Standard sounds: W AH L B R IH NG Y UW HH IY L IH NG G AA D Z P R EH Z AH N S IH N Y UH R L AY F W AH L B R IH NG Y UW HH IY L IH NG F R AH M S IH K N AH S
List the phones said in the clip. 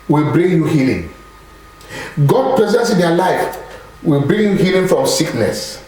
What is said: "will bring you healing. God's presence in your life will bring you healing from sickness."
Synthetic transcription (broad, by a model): W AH L B R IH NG Y UW HH IY L IH NG G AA D P R EH Z AH N S IH N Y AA L AY F W AH L B R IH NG Y UW HH IY L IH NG F R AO M S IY K N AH S